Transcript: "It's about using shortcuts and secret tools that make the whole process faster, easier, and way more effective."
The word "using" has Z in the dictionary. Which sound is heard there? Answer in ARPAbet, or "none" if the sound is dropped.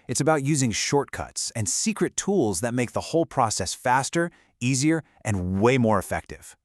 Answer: Z